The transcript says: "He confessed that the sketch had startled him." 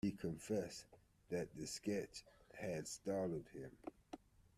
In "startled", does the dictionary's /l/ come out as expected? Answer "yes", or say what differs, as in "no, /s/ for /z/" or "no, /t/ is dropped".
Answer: no, /l/ is dropped